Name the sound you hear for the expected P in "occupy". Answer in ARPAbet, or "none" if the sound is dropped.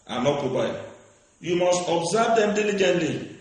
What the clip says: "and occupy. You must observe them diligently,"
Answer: B